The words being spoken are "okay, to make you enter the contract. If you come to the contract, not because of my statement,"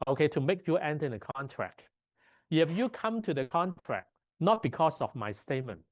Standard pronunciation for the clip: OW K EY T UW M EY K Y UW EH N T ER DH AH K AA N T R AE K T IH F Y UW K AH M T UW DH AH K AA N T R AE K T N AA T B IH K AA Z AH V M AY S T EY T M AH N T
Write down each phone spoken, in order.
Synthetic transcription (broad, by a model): OW K EY T UW M EY K Y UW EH N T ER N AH K AA N T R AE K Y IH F Y UW K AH M T UW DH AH K AA N T R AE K N AA T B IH K AA S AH F M AY S T EY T M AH N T